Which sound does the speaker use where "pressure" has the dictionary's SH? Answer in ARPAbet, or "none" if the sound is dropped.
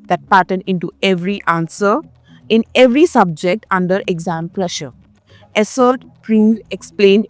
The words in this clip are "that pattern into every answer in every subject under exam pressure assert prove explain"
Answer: SH